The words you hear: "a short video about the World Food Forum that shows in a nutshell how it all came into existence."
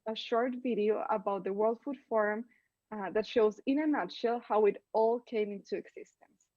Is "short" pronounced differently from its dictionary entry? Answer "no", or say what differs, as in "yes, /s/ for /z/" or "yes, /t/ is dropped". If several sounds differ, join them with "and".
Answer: no